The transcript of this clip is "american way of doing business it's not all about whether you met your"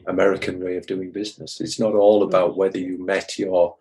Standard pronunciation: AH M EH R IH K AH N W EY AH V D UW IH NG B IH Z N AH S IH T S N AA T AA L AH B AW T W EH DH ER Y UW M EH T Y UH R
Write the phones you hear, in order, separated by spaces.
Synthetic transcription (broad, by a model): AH M EH R IH K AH N W EY AH V D UW IH NG B IH Z N AH S IH T S N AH T AA L AH B AW T W EH DH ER Y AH M EH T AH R